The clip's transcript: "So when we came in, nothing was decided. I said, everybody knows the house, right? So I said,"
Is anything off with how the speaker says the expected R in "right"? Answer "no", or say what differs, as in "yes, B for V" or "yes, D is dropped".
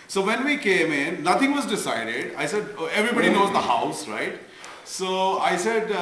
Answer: no